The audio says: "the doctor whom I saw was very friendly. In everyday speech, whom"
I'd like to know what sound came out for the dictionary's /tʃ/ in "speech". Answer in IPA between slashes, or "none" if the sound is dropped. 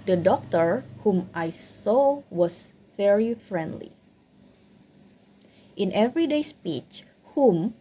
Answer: /tʃ/